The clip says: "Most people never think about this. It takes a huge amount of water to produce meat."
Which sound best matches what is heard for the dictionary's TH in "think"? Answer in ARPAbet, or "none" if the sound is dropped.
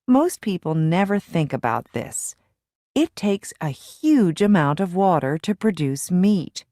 TH